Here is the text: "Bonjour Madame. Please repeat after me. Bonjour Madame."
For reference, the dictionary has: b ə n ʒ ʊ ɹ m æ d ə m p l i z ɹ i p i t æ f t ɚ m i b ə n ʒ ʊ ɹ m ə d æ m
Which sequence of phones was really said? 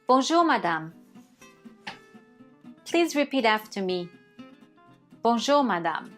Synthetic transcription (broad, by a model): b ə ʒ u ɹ m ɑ d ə m p l i z ɹ i p i t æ f t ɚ m i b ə ʒ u ɹ m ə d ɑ m